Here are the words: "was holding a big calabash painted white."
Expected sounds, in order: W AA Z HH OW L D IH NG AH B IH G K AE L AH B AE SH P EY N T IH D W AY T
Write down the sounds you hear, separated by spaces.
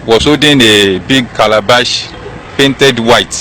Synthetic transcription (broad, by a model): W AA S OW D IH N AH B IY G K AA L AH B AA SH P EY N T IH D W AY T